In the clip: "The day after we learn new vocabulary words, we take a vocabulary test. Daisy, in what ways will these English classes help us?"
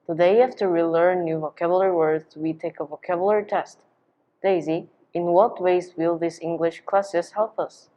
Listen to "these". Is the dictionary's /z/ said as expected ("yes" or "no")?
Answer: no